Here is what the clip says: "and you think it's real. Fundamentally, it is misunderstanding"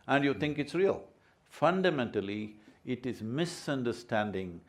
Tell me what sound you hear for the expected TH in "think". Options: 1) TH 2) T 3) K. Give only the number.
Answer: 2